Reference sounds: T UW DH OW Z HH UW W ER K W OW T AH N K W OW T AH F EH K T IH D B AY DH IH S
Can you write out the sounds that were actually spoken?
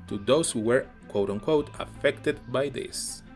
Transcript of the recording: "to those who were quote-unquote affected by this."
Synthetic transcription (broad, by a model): T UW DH OW S HH UW W ER K W OW T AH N K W OW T AH F EH K T IH D B AY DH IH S